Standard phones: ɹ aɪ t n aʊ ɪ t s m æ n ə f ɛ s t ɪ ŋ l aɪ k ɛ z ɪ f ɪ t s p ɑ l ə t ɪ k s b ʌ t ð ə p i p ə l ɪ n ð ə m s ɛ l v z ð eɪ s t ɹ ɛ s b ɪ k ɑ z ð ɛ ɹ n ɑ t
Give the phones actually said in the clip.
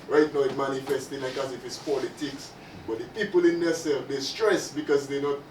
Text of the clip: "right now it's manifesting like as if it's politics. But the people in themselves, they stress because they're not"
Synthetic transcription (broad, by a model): ɹ aɪ t n aʊ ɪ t m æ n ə f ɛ s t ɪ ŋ l aɪ k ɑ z ɪ f ɪ t s p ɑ l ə t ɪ k s b ʌ t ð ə p i p ə l ɪ n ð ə s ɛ l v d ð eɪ s t ɹ ɛ s b ɪ k ɑ z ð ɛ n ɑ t